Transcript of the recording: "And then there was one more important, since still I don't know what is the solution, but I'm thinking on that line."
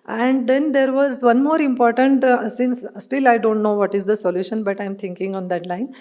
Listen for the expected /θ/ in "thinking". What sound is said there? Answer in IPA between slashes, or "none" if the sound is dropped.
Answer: /t/